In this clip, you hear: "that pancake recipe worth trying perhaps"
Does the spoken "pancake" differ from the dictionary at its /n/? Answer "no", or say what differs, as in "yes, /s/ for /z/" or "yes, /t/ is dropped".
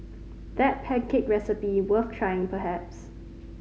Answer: yes, /n/ is dropped